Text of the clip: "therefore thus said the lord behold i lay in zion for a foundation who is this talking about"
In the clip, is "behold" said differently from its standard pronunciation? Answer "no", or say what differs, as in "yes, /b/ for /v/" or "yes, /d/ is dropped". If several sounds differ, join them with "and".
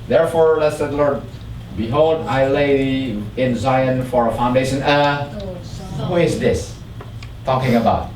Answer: no